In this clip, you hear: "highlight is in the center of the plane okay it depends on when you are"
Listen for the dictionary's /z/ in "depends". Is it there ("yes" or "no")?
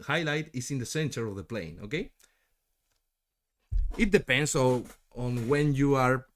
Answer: no